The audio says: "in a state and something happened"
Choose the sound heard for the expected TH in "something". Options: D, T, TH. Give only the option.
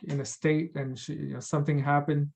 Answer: TH